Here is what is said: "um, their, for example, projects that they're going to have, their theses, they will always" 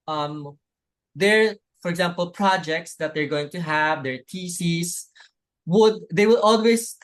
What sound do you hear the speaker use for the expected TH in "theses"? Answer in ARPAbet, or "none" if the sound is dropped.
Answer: T